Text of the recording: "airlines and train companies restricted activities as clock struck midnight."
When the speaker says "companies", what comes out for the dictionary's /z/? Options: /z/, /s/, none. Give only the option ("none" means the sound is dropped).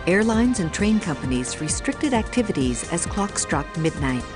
/z/